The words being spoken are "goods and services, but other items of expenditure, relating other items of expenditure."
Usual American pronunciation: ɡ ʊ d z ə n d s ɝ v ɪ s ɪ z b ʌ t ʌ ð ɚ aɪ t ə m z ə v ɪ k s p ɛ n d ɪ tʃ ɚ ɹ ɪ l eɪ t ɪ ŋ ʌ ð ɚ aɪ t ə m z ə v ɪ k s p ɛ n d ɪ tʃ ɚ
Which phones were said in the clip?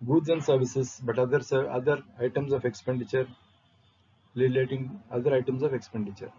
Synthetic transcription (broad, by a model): ɡ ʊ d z ə n d s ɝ v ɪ s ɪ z b ʌ t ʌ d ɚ aɪ t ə m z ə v ɪ k s p ɛ n d ɪ tʃ ɚ l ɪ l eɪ t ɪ ŋ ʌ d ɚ aɪ t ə m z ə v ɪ k s p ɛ n d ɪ tʃ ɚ